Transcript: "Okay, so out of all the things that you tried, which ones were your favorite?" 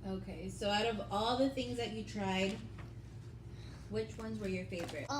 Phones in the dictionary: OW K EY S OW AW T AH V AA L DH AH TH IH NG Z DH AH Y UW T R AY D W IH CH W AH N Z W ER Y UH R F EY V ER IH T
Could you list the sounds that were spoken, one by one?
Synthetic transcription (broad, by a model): OW K EY S OW AW T AH V AA L DH AH TH IH NG Z DH AH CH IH T R AY D W IH CH W AH N Z W ER Y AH R F EY V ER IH T